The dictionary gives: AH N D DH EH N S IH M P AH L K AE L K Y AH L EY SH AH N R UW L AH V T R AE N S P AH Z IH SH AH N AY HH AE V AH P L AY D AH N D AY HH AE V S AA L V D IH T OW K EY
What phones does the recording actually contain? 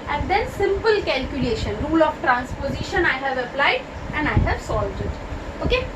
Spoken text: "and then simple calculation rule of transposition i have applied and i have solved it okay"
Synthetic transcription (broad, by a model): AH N D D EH N S IH M P AH L K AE L K Y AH L EY SH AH N R UW L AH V T R AE N S P AH Z IH SH AH N AY HH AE V AH P L AY D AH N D AY HH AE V S AA L V D IH T OW K EY